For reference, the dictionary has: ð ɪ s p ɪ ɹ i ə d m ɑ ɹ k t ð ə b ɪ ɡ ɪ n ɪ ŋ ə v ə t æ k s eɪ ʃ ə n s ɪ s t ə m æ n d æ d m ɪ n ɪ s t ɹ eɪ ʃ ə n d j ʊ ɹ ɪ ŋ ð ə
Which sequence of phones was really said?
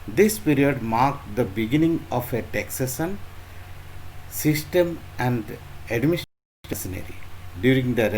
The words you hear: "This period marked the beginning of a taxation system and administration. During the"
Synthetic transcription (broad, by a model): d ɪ s p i ɹ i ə d m ɑ ɹ k t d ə b ɪ ɡ ɪ n ɪ ŋ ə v ə t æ k s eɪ s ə n s ɪ s t ə m æ n d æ d m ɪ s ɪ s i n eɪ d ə d j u ɹ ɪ ŋ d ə